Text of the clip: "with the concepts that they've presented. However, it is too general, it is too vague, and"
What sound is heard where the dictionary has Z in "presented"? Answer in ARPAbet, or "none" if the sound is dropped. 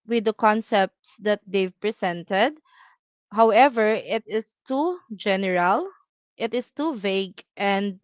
S